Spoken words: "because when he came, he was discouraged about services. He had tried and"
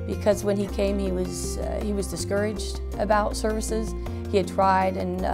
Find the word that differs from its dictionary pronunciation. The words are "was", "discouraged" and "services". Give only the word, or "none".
none